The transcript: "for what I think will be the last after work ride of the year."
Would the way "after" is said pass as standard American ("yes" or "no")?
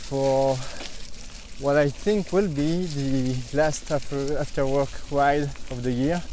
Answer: yes